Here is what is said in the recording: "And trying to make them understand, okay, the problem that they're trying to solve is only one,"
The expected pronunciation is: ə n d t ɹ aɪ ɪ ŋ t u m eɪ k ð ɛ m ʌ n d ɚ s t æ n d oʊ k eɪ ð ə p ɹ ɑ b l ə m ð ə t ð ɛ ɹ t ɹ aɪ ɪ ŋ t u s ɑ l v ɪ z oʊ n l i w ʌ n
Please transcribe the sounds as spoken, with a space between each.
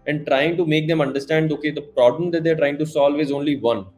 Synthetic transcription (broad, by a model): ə n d t ɹ aɪ ɪ ŋ t u m eɪ k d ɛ m ʌ n d ɚ s t æ n d oʊ k eɪ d ə p ɹ ɑ b l ə m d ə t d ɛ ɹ t ɹ aɪ ɪ ŋ t u s ɑ l v ɪ z oʊ n l i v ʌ n